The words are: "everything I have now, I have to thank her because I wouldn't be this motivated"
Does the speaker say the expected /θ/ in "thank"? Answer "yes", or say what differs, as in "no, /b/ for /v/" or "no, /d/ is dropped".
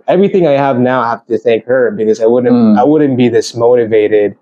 yes